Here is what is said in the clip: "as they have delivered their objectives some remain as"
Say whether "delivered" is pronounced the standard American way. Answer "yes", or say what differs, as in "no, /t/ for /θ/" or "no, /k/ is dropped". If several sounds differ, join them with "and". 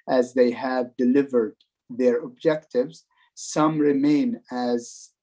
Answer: yes